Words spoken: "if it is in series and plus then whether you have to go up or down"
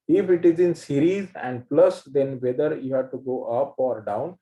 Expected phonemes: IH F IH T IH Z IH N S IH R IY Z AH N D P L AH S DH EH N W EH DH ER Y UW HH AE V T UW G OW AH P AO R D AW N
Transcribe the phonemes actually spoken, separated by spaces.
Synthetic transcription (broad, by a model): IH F IH T IH Z IH N S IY R IY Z AH N D P L AH S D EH N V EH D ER Y UW HH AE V T UW G OW AH P AO R D AW N